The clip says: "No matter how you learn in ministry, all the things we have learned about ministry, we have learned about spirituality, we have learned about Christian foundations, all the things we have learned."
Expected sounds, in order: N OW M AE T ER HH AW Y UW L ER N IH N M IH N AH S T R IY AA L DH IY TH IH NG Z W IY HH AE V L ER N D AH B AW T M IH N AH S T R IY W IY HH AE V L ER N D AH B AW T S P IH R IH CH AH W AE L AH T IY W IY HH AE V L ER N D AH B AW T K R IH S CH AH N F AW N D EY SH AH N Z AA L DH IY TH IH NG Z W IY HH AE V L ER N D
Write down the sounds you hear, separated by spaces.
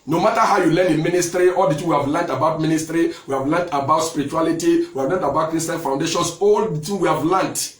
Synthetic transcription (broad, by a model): N OW M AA T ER HH AW Y UW L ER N IH N M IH N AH S T R IY AA L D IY T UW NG W IY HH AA V L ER N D AH B AW T M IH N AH S T R IY W IY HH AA V L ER N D AH B AW T S P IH R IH CH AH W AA L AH T IY W IY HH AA V L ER N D AH B AW T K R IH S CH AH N F AW N D EY SH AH N S AA L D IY T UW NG W IY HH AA V L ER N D